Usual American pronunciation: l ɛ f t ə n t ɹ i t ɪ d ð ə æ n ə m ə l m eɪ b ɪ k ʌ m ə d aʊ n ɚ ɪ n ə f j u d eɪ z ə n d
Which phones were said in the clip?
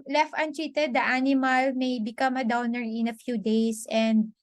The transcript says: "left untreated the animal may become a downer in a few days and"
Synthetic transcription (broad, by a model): l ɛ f t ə n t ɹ i t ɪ d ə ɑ n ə m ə l m eɪ b ɪ k ʌ m ə d aʊ n ɚ ɪ n ə f j u d eɪ s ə n d